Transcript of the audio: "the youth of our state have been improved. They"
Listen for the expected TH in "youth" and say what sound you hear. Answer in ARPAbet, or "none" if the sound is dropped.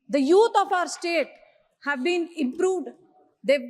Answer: T